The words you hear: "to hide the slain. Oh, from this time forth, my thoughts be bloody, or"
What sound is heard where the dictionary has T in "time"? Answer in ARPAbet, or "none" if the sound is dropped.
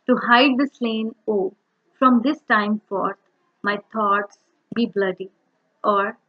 T